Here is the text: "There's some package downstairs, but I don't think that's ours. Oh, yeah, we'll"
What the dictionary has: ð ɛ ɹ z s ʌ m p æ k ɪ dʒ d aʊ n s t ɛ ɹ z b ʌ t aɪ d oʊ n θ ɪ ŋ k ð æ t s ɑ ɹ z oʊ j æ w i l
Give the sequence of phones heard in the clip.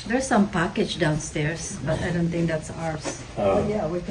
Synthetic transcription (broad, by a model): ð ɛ ɹ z s ʌ m p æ k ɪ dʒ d aʊ n s t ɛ ɹ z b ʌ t aɪ d oʊ n θ ɪ ŋ k ð æ t s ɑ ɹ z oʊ j æ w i